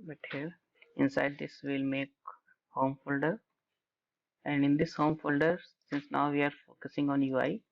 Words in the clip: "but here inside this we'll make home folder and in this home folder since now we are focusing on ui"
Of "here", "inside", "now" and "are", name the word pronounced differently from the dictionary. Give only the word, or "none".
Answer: none